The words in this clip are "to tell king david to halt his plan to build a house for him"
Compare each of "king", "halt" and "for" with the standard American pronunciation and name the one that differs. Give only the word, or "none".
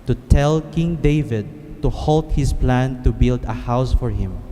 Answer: none